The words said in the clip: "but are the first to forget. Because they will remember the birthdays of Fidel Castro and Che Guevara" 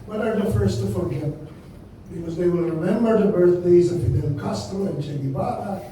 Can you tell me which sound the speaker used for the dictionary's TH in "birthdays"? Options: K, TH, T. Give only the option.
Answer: TH